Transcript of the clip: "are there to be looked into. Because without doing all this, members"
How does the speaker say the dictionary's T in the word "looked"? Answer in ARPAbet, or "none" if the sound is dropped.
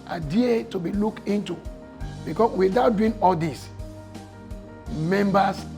none